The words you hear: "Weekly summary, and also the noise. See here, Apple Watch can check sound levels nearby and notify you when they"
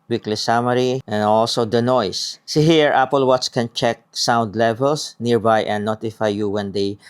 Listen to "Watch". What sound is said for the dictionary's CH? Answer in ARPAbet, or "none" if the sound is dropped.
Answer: S